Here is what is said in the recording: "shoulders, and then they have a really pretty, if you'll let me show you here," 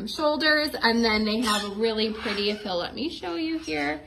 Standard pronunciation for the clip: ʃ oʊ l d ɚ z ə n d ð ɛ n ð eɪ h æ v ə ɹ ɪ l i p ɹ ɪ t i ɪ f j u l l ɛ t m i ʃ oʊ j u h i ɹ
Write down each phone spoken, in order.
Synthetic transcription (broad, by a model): ʃ oʊ l d ɚ z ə n ð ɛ n ð eɪ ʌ v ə ɹ ɪ l i p ɹ ɪ t i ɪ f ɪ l l ɛ t m i ʃ oʊ j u h i ɹ